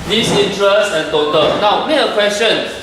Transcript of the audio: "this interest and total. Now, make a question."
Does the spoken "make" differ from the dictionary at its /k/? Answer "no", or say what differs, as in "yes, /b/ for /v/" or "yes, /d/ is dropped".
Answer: yes, /k/ is dropped